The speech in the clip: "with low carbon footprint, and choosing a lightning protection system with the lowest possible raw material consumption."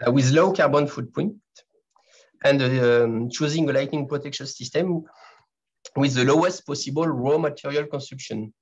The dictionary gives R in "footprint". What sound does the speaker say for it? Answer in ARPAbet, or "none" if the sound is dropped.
none